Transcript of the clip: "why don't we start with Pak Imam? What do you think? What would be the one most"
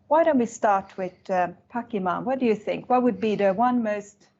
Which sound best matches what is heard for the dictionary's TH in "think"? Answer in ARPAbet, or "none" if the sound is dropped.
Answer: TH